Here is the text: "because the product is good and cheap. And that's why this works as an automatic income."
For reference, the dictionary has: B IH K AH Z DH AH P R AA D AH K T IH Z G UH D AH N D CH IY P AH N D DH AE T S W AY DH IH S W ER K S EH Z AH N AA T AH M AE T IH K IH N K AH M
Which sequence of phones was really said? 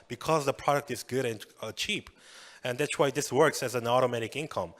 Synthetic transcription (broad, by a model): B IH K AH Z DH AH P R AA D AH K T IH Z G UH D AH N CH IY P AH N DH AE T S W AY DH IH S W ER K S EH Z AH N AA T AH M AE T IH K IH N K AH M